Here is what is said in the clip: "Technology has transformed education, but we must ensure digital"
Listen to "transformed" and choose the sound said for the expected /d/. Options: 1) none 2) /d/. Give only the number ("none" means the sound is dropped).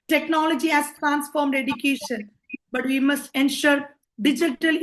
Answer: 2